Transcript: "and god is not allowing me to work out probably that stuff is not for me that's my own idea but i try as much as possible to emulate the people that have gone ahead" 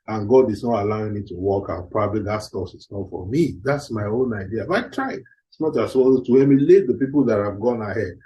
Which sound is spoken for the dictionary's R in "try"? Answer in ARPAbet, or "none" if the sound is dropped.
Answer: R